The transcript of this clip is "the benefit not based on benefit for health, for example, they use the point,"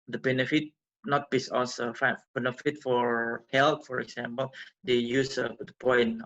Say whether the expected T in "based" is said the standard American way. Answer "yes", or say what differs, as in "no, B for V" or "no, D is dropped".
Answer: no, T is dropped